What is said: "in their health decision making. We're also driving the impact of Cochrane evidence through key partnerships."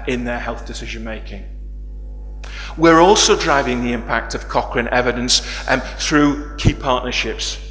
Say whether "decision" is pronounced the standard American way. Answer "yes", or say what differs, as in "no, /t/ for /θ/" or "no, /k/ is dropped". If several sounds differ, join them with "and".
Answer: yes